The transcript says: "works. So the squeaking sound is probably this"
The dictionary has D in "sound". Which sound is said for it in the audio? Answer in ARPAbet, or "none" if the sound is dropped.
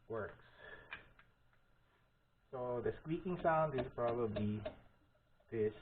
D